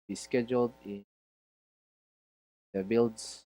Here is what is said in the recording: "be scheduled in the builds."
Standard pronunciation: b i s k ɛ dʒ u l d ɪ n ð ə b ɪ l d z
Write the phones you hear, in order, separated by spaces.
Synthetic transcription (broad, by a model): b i s k ɛ dʒ u l d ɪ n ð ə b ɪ l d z